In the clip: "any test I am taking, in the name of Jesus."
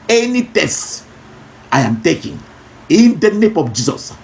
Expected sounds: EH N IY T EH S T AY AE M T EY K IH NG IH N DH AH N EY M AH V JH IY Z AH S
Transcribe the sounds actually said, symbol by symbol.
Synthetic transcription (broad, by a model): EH N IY T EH S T AY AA M T EY K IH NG IH N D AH N EY M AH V JH IY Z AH S